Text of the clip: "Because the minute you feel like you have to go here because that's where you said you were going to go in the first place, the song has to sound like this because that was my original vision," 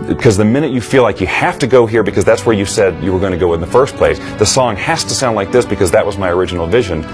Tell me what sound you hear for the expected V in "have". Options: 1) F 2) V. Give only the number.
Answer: 1